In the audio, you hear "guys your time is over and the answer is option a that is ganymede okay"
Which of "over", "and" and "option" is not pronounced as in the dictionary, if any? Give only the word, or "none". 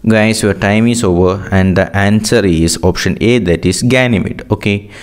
none